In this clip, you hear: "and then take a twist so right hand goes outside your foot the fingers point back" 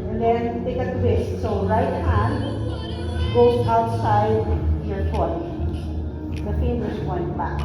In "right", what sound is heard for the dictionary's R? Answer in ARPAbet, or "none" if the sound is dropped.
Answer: R